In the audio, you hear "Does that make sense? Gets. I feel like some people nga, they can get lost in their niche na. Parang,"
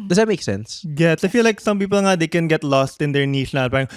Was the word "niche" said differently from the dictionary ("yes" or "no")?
yes